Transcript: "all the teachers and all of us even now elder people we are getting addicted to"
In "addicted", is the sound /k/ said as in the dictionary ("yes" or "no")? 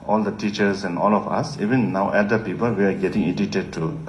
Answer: no